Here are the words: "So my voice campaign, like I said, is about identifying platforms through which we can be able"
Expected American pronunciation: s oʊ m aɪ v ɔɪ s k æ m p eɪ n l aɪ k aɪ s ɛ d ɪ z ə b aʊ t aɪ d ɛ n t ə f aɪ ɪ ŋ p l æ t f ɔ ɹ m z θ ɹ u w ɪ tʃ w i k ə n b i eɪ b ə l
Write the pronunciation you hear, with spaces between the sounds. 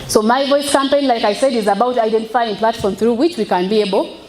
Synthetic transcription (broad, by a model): s oʊ m aɪ v ɔɪ s k æ m p eɪ n l aɪ k aɪ s ɛ d ɪ z ə b aʊ t aɪ d ɛ n t ə f aɪ ɪ ŋ p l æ t f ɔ ɹ m θ ɹ u w ɪ tʃ w i k ə n b i eɪ b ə l